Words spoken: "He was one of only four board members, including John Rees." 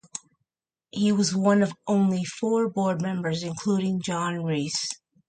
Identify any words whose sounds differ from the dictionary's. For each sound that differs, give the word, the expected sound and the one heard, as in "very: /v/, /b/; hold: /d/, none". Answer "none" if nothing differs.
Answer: rees: /z/, /s/